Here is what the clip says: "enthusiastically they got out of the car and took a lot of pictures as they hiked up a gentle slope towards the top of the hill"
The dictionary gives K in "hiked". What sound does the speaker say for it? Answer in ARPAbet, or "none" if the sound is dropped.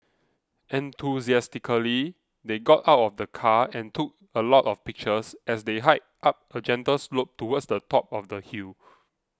none